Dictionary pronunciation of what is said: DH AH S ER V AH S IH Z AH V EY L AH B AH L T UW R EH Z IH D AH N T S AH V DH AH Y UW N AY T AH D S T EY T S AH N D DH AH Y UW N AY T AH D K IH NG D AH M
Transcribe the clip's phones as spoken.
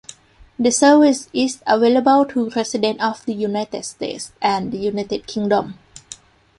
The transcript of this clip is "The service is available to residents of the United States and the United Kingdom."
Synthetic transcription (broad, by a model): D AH S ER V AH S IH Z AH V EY L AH B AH L T UW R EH S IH D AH N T AH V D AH Y UW N AY T AH D S T EY T S AH N D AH Y UW N AY T AH D K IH NG D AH M